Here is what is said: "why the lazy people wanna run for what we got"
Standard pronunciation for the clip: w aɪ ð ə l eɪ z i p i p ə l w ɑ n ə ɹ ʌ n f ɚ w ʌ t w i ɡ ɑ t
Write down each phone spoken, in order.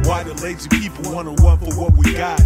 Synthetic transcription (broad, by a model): w aɪ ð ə l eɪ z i p i p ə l w ɑ n ə w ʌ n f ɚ w ʌ t w i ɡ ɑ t